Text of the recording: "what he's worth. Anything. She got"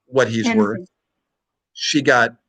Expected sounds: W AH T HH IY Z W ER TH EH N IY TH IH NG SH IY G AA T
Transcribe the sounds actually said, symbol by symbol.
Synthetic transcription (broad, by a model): W AH T HH IY Z W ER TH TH SH IY G AA T